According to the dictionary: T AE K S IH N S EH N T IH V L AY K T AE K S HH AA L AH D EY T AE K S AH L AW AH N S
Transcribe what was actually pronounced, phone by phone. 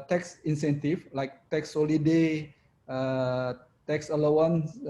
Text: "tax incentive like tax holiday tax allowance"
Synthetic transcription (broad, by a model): T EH K S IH N S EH N T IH F L AY K T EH K S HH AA L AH D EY T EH K S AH L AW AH N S